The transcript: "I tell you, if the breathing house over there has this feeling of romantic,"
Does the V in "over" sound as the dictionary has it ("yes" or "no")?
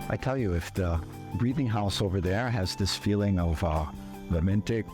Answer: yes